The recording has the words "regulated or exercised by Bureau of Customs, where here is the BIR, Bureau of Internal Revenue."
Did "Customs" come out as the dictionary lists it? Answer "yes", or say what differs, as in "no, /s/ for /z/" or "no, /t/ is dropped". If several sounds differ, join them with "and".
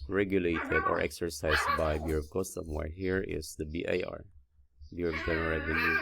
no, /z/ is dropped